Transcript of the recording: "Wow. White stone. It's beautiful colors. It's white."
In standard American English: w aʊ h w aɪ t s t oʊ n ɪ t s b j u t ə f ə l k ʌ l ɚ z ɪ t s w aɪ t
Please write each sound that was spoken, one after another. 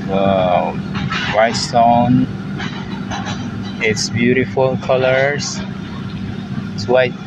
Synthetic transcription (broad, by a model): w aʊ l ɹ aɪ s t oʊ n ɪ t s b j u t ə f ə l k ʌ l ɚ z ɪ t s w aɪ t